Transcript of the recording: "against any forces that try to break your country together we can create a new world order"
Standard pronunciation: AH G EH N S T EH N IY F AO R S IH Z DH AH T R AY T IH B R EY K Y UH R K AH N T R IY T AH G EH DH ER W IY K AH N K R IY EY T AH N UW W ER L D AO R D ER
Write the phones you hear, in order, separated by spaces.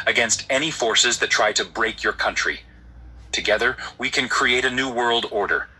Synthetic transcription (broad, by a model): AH G EH N S T EH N IY F AO R S IH Z DH AH T R AY T IH B R EY K Y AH R K AH N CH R IY T AH G EH DH ER W IY K AH N K R IY EY T AH N UW W ER L D AO R D ER